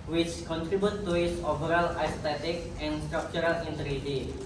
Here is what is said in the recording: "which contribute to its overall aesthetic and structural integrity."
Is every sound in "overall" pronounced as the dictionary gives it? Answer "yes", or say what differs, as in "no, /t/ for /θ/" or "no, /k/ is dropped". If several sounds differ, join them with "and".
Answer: no, /b/ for /v/